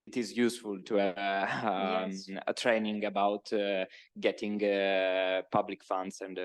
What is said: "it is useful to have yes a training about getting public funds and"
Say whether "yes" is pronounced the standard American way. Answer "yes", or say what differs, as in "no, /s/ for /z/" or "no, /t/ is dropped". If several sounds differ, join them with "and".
no, /s/ is dropped